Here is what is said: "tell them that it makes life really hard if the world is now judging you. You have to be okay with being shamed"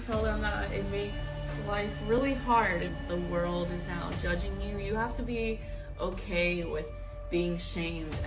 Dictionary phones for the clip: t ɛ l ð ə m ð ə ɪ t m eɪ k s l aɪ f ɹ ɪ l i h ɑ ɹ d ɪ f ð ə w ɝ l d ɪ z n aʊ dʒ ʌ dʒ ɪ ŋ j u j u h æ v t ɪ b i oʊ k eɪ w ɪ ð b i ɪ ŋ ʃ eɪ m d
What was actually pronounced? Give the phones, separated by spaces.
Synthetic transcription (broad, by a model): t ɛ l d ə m ð ə ɪ t m eɪ k s l aɪ f ɹ ɪ l i h ɑ ɹ d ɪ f ð ə w ɝ l d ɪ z n aʊ dʒ ʌ dʒ ɪ ŋ j u j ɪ h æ f t ɪ b i oʊ k eɪ w ɪ ð b i ɪ ŋ ʃ eɪ m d